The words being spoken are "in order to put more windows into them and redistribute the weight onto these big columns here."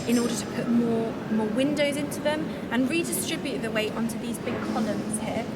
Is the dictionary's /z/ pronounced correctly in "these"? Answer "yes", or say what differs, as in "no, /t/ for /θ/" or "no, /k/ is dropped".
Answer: yes